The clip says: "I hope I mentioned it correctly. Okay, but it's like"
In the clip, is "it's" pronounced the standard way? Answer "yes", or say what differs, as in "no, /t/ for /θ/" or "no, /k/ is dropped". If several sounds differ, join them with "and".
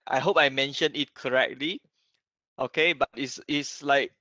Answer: no, /s/ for /t/